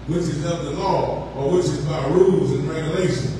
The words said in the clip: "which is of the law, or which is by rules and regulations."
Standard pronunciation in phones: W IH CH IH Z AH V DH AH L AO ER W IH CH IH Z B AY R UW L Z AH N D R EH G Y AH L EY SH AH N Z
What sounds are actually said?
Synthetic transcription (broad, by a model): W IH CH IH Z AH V DH AH L AO ER W IH CH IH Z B AY R UW L Z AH N R EH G Y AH L EY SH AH N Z